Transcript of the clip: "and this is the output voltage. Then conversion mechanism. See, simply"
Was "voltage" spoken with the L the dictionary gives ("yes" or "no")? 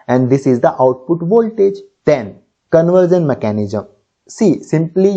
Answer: yes